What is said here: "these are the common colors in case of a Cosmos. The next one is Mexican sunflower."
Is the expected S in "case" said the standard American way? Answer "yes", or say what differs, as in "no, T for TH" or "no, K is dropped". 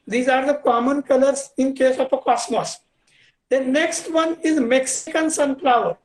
yes